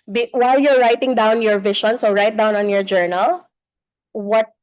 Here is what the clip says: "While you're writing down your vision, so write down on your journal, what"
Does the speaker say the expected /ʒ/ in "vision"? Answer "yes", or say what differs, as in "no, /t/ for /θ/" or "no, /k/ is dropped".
no, /ʃ/ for /ʒ/